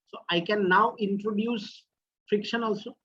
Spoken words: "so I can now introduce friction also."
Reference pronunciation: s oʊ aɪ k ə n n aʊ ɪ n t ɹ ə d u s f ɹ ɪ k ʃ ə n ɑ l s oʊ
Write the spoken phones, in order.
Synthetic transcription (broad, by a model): s oʊ aɪ k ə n n aʊ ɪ n t ɹ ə d u s f ɹ ɪ k ʃ ə n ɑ l s oʊ